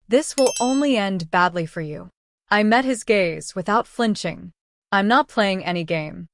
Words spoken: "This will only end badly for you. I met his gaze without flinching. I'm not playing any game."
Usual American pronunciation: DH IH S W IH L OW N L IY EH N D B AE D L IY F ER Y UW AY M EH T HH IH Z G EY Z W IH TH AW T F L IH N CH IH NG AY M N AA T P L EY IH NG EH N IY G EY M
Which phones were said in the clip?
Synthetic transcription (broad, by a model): DH IH S W IH L OW N L IY EH N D B AE D L IY F ER Y UW AY M EH T HH IH Z G EY Z W IH TH AW T F L IH N CH IH NG AY M N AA T P L EY IH NG EH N IY G EY M